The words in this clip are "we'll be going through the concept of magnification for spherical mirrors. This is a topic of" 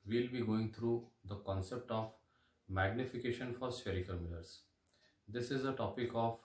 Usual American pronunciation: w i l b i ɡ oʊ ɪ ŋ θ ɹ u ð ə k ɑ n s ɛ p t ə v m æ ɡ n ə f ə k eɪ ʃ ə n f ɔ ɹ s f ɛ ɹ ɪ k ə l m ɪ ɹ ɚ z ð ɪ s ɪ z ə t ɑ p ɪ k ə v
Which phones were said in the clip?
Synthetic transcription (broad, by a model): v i l b i ɡ oʊ ɪ ŋ t ɹ u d ə k ɑ n s ɛ p t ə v m æ ɡ n ə f ə k eɪ ʃ ə n f ɔ ɹ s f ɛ ɹ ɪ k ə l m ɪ l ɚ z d ɪ s ɪ z ə t ɑ p ɪ k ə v